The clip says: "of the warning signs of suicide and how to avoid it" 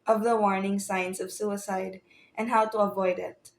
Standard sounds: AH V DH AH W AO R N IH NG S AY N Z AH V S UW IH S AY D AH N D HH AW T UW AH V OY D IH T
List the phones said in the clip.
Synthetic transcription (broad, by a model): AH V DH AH W AO R N IH NG S AY N S AH V S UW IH S AY D AH N D HH AW T UW AH V OY D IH T